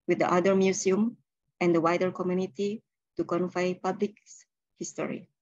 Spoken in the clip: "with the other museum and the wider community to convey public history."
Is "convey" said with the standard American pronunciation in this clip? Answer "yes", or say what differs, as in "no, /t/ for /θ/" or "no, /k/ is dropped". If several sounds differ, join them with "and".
no, /f/ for /v/